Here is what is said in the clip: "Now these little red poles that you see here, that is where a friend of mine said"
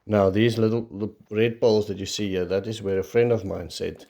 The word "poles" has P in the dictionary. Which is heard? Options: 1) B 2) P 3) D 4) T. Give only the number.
1